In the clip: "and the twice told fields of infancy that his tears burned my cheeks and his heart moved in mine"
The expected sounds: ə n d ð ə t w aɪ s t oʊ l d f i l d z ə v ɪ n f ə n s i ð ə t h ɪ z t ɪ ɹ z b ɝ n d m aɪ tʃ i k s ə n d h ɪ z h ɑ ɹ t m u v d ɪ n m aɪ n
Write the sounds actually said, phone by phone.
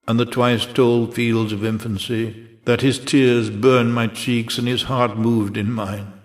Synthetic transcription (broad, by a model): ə n ð ə t w aɪ s t oʊ l d f i l d z ə v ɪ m f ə n s i ð ə t h ɪ z t ɪ ɹ z b ɝ n m aɪ tʃ i k s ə n ɪ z h ɑ ɹ t m u v d ɪ n m aɪ n